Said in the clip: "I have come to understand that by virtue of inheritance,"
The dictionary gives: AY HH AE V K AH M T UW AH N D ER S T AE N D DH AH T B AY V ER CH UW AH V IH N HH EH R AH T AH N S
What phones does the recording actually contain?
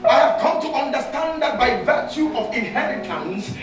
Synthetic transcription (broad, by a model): AY HH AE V K AH M T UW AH N D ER S T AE N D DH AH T B AY V ER CH UW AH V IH N HH EH R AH T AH N S